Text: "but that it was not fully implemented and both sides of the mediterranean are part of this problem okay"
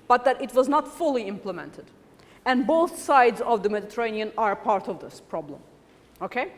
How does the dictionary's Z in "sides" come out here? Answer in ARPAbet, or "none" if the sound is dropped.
Z